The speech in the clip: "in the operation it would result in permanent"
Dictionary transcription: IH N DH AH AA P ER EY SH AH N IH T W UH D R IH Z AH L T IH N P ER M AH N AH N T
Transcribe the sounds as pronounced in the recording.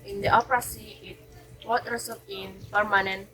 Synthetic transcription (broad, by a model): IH N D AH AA P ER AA S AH IH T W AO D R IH S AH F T IH N P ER M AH N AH N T